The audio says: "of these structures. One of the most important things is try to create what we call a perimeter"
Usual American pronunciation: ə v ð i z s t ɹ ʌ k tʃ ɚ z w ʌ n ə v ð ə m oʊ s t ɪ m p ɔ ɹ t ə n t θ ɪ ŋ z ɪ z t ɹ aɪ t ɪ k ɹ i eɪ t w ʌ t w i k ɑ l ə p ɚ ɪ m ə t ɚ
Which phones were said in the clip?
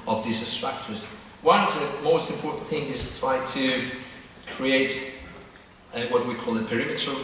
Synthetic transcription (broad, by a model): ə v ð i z s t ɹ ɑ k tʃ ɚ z w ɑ ə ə m oʊ s t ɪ m p ɔ ɹ t n θ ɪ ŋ ɪ z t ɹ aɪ t ɪ k ɹ i eɪ t w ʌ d w i k ɑ l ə p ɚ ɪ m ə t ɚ